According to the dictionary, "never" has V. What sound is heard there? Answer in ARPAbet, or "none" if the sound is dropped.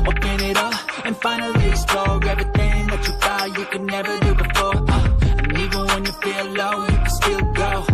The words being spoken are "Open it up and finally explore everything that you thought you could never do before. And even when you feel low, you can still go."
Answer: V